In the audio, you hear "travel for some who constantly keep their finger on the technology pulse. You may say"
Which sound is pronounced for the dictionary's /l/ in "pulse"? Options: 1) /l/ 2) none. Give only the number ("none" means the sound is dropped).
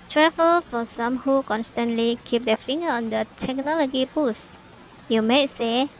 2